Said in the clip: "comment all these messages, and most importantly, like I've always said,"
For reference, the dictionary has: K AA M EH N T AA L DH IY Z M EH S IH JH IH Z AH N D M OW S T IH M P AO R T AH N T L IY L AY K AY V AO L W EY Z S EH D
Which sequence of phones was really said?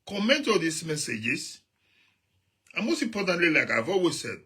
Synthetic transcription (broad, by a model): K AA M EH N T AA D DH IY S M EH S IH JH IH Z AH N M OW S T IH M P AO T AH N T L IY L AY K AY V AO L W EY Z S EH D